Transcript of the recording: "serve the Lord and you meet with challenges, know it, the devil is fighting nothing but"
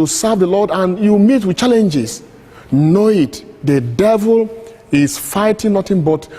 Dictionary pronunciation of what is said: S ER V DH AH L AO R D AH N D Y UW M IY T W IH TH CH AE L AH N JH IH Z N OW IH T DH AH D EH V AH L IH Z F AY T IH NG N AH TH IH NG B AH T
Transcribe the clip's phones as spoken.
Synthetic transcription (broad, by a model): S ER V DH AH L AO D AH N Y UW M IY T W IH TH CH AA L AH N JH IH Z N OW IH T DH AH D EH V AH L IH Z F AY T IH NG N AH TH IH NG B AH T